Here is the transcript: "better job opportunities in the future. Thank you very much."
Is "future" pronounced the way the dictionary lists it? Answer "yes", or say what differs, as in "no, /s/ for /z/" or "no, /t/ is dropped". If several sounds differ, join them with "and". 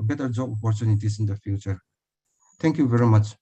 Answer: yes